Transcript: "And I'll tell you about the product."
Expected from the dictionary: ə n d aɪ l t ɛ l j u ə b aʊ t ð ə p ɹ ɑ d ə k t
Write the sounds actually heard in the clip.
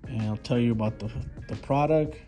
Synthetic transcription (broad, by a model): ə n aɪ l t ɛ l j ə b aʊ t ð ə p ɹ ɑ d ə k t